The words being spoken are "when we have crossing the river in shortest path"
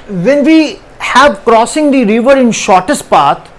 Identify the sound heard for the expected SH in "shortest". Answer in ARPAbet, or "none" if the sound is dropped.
SH